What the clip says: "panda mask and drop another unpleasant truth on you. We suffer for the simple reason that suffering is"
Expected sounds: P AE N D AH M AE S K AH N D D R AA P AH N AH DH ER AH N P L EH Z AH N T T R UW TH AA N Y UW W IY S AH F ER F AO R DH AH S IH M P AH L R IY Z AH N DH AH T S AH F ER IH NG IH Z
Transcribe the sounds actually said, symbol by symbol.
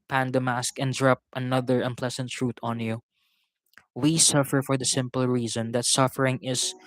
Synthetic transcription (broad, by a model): P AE N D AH M AE S K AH N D D R AA P AH N AH DH ER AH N P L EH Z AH N T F R UW T AA N Y UW W IY S AH F ER F AO R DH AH S IH M P AH L R IY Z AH N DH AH T S AH F ER IH NG IH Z